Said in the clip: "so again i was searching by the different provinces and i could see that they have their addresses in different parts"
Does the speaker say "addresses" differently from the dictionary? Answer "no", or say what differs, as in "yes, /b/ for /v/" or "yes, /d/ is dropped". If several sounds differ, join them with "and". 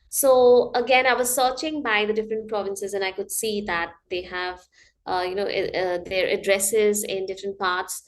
no